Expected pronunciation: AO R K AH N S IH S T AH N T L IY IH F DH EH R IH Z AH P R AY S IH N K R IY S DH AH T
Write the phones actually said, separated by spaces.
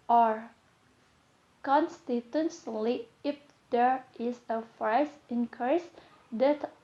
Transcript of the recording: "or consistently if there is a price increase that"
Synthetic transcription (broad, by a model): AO R K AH N S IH T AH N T L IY IH F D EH R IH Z AH F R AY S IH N K R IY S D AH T